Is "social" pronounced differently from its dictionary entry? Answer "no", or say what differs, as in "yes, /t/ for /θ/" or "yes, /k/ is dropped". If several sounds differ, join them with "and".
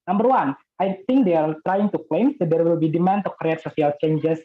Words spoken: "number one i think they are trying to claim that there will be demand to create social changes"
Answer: yes, /s/ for /ʃ/